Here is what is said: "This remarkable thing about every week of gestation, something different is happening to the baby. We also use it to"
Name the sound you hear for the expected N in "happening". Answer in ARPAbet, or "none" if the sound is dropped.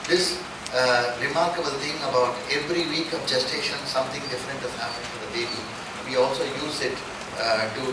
none